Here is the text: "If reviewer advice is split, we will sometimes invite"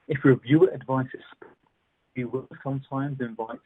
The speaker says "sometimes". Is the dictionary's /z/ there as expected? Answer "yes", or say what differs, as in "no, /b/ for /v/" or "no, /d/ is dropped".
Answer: yes